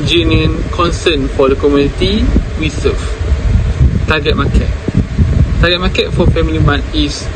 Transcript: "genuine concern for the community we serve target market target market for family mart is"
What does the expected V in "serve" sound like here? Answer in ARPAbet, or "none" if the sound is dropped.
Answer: F